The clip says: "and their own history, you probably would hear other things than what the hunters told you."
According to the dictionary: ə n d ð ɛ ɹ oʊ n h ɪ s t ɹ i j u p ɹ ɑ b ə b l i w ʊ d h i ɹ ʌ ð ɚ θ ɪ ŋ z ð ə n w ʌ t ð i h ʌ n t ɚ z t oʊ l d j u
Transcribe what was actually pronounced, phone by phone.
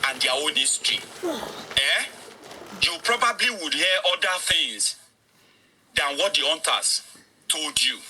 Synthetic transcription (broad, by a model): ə n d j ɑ oʊ n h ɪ s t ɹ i j u p ɹ ɑ b ə b l i w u d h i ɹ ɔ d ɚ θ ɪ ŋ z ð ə n w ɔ t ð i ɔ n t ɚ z t oʊ l d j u